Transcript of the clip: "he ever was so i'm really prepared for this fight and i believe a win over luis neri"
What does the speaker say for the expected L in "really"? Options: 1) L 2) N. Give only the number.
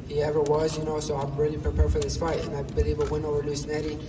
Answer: 2